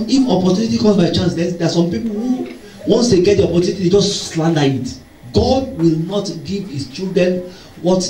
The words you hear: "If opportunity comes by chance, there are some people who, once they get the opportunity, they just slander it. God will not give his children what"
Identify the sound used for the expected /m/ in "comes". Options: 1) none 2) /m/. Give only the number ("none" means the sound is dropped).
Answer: 1